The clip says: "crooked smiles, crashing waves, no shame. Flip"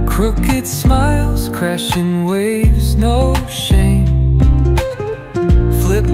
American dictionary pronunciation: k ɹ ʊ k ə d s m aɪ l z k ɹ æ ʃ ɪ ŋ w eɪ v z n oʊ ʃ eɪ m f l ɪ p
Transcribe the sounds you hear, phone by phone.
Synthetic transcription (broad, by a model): k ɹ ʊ k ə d s m aɪ l z k ɹ æ ʃ ɪ ŋ w eɪ v z n oʊ ʃ eɪ m f l ɪ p